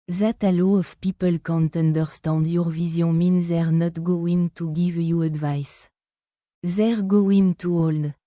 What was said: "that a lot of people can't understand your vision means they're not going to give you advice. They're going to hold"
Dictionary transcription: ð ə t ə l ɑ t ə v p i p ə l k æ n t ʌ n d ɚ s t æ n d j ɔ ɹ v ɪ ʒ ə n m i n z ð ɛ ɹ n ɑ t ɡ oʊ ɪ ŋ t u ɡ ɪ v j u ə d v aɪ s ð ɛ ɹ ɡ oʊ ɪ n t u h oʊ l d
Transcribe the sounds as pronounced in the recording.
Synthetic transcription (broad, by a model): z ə t ə l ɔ ə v p i p ə l k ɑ n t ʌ n d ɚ s t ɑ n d j ɔ ɹ v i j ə m i n z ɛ ɹ n ɑ t ɡ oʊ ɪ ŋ t u ɡ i v j u ə d v aɪ s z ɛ ɹ ɡ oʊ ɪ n t u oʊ l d